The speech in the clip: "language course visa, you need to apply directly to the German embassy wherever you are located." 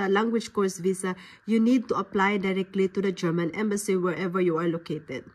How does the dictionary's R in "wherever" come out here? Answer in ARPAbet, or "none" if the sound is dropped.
R